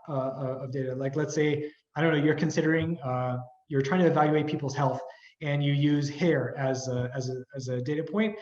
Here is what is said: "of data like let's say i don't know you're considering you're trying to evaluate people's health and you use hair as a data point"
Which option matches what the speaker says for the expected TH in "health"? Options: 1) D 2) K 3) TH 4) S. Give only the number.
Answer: 3